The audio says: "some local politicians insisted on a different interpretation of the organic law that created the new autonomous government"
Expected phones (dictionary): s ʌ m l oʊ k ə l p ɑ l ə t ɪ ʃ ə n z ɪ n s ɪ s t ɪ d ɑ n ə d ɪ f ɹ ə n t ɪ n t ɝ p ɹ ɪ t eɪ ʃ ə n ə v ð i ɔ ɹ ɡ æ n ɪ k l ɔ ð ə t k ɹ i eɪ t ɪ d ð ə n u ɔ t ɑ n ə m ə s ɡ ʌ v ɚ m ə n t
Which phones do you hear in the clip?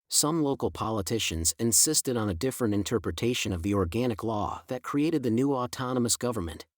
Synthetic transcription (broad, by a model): s ʌ m l oʊ k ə l p ɑ l ə t ɪ ʃ ə n z ɪ n s ɪ s t ɪ d n ə d ɪ f ɹ ə n t ɪ n t ɝ p ɹ ɪ t eɪ ʃ ə n ə v ð i ɔ ɹ ɡ æ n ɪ k l ɔ ð ə t k ɹ i eɪ t ɪ d ð ə n u ɔ t ɑ n ə m ə s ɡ ʌ v ɚ m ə n t